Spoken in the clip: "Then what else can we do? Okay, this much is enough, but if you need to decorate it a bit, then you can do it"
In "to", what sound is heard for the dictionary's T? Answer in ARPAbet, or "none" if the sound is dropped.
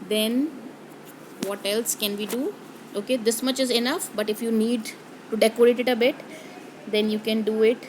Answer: T